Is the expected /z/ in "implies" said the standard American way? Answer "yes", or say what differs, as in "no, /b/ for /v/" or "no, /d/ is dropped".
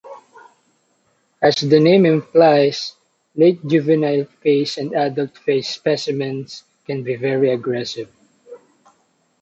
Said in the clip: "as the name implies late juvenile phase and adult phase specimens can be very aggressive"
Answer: no, /s/ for /z/